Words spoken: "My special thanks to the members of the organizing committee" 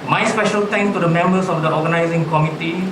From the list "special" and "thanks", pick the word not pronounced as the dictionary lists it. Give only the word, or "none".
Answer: thanks